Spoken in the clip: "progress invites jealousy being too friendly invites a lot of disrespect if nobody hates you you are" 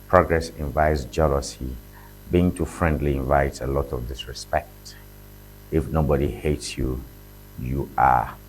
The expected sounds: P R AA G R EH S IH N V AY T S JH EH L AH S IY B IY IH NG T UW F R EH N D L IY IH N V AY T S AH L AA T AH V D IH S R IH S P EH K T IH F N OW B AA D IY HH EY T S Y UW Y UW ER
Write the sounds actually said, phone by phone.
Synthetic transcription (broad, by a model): P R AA G R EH S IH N V AY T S JH EH L AH S IY B IY IH NG T UW F R EH N D L IY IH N V AY T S AH L AA T AH V D IH S R IH S P EH K T IH F N OW B AA D IY HH EY T S Y UW Y UW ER